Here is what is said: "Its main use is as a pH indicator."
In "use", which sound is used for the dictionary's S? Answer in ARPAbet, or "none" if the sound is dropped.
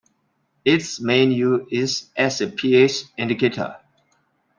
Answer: none